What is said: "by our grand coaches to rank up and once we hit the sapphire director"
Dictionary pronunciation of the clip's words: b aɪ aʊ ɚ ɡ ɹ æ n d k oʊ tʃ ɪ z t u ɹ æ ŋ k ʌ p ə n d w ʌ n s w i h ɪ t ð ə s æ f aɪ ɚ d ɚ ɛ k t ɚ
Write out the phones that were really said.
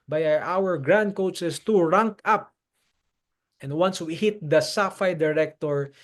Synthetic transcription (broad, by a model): b aɪ aʊ ɚ ɡ ɹ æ n d k oʊ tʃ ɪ s t u ɹ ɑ ŋ k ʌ p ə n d w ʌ n s w i h ɪ t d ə s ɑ f aɪ d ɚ ɛ k t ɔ